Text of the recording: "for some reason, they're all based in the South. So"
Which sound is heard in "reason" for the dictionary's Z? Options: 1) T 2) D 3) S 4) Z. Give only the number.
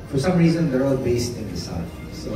4